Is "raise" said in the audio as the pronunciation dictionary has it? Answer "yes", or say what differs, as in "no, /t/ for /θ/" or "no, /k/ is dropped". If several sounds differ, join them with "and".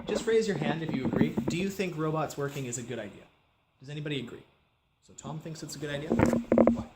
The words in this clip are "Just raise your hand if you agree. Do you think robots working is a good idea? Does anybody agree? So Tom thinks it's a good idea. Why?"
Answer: yes